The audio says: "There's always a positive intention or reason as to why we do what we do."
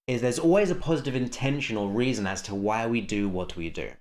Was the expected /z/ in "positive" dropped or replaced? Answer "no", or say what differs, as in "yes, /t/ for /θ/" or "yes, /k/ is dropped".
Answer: no